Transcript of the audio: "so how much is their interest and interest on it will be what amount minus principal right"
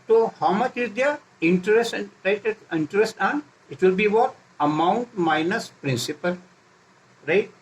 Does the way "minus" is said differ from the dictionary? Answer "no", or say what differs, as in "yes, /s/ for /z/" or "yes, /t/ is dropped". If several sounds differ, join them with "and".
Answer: no